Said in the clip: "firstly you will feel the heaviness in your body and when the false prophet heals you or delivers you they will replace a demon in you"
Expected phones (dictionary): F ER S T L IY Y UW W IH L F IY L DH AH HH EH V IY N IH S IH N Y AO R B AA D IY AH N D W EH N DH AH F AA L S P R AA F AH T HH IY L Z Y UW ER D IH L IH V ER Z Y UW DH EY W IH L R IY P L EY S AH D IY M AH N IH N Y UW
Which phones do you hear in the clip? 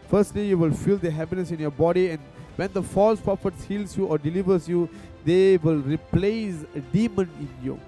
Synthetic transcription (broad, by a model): F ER S T L IY Y UW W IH L F IY L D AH HH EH P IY N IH S IH N Y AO B AA D IY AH N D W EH N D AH F AA L S P R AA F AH T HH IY L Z Y UW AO D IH L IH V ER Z Y UW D EY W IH L R IY P L EY S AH D IY M AH N IH N Y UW